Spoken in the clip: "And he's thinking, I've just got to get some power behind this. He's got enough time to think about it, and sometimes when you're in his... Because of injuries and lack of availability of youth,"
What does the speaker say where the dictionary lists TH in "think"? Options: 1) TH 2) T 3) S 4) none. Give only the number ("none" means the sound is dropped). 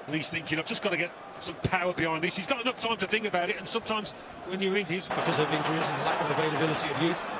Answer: 1